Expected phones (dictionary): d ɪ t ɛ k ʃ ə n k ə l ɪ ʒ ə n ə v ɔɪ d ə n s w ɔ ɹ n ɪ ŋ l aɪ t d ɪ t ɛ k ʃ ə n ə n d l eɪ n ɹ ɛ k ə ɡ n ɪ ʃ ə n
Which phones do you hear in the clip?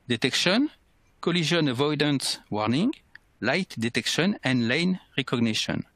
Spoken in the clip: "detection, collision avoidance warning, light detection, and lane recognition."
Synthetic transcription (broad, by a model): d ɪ t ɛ k ʃ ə n k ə l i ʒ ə n ə v ɔɪ d ə n s w ɔ ɹ n ɪ ŋ l aɪ t d ɪ t ɛ k ʃ ə n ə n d l eɪ n ɹ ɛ k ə ɡ n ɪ ʃ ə n